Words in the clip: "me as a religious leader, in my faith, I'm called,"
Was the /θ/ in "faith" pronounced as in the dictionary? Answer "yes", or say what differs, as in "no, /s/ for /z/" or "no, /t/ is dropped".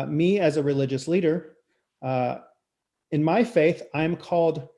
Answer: yes